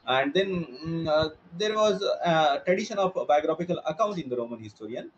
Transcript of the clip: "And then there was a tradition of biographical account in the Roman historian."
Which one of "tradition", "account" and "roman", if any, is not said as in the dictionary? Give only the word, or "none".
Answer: none